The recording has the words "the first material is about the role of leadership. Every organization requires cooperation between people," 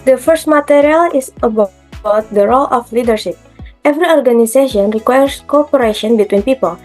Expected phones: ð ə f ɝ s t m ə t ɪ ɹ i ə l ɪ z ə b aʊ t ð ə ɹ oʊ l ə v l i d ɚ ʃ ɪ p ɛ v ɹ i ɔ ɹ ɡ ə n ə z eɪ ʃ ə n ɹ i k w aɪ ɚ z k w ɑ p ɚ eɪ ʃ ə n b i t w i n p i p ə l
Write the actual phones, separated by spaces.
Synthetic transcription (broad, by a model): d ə f ɝ s t m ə t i ɹ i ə l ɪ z ə b aʊ t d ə ɹ oʊ l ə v l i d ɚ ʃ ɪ p ɛ v ɹ i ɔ ɹ ɡ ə n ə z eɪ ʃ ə n ɹ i k w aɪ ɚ s k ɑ p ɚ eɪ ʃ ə n b i t w i n p i p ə l